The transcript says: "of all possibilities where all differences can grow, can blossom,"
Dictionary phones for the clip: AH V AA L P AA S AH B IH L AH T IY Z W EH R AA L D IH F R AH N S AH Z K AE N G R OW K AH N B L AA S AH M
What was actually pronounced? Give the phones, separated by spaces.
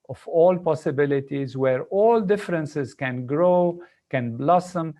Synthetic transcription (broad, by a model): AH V AA L P AA S AH B IH L AH T IY Z W EH R AA L D IH F R AH N S AH Z K AE N G R OW K AH N B L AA S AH M